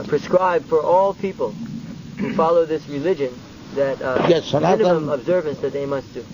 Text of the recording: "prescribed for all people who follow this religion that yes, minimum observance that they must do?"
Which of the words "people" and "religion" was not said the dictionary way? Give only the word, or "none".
none